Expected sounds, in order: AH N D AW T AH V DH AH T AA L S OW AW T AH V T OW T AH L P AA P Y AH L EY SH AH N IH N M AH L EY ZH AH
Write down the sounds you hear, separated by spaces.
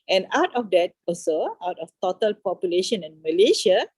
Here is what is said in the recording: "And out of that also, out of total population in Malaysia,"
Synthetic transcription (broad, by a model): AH N AW T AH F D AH T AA S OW AW T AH F T OW T AH L P AA P Y AH L EY SH AH N IH N M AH L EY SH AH